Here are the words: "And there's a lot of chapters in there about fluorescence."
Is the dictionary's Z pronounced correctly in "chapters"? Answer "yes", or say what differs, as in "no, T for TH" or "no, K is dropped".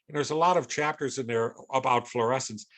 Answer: yes